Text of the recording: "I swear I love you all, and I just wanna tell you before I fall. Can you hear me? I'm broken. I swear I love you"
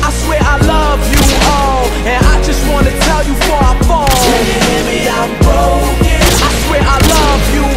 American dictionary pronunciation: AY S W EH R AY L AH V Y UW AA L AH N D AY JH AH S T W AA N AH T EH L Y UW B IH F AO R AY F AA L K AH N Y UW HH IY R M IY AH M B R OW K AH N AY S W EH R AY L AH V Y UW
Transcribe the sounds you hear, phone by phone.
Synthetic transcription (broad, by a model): AY S W EH R AY L AH V Y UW AA L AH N AY JH AH S T W AA N AH T EH L Y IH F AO R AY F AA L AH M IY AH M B OW AH IH S W EH R AY L AH V Y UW